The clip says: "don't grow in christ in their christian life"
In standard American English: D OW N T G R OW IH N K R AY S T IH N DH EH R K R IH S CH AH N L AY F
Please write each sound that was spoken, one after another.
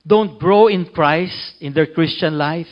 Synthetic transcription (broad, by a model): D OW N T G R OW IH N K R AY S T IH N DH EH R K R IH S CH AH N L AY F